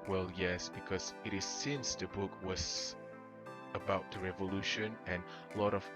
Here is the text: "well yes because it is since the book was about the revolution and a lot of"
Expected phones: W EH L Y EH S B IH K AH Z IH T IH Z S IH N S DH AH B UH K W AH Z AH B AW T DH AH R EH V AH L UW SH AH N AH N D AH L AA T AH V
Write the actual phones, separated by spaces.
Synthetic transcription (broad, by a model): W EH L Y EH S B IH K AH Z IH T IH Z S IH N S DH AH B UH K W AH Z AH B AW T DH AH R EH V AH L UW SH AH N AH N L AA T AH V